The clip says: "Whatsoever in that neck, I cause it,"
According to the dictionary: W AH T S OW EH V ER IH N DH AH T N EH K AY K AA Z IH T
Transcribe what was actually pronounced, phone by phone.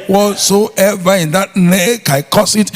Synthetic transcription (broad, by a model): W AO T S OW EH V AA IH N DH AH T N EH K AY K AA S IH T